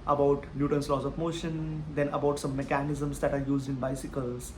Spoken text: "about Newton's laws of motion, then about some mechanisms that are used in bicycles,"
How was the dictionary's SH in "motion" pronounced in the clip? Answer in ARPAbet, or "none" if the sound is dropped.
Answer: SH